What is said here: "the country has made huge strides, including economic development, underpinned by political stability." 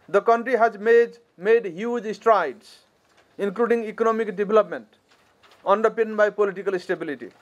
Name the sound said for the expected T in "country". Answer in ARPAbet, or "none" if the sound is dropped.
T